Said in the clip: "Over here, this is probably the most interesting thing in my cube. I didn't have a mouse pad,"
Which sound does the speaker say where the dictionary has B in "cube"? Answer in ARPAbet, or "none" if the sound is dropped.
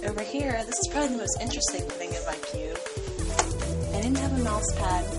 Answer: none